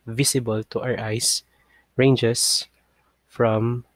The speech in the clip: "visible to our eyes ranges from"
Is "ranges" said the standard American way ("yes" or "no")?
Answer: no